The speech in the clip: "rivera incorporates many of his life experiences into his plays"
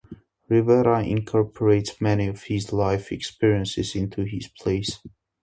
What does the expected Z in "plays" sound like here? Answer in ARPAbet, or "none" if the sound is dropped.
S